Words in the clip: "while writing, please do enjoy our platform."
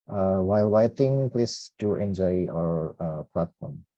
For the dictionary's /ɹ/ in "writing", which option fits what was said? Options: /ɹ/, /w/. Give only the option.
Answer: /w/